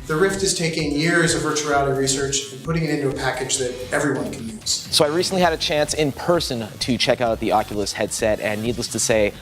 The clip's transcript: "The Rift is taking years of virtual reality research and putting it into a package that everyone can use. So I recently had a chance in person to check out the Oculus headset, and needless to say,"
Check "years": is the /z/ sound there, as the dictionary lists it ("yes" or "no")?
yes